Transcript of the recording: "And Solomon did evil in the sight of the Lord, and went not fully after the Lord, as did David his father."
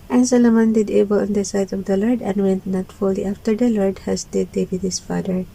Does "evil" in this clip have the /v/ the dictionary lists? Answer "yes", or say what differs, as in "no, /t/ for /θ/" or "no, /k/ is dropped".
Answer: no, /b/ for /v/